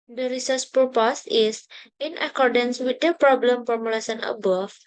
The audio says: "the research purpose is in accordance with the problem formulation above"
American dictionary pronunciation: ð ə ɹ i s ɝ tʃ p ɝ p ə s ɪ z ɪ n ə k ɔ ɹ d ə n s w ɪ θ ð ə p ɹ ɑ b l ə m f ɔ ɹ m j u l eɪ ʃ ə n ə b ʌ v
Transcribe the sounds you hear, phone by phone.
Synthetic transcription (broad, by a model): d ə ɹ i s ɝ s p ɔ p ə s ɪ s ɪ n ə k ɔ ɹ d ə n s w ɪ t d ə p ɹ ɑ b l ə m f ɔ ɹ m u l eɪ s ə n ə b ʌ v